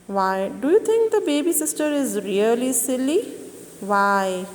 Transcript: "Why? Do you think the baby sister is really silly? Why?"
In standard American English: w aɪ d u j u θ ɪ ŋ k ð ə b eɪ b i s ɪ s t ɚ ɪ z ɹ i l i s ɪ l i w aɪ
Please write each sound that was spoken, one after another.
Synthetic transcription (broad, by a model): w aɪ d u j u t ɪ ŋ k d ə b eɪ b i s ɪ s t ɚ ɪ z ɹ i l i s ɪ l i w aɪ